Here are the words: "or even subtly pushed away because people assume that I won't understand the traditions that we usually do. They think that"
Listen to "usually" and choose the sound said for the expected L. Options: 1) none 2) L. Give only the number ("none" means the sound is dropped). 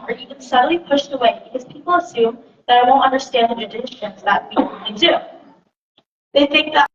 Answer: 1